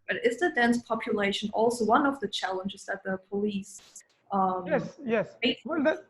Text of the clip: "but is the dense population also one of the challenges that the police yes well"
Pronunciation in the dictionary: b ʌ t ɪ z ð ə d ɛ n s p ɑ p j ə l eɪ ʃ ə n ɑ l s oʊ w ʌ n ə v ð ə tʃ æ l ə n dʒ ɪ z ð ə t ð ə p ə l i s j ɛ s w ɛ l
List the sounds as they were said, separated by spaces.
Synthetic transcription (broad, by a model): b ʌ t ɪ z ð ə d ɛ n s p ɑ p j ə l eɪ ʃ ə n ɑ l s oʊ w ʌ n ə v ð ə tʃ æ l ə n dʒ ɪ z ð ə t ð ə p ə l i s j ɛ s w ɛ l